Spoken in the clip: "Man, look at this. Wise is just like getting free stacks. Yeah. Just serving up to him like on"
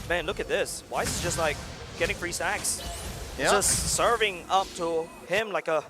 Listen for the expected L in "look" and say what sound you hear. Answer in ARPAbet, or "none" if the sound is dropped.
L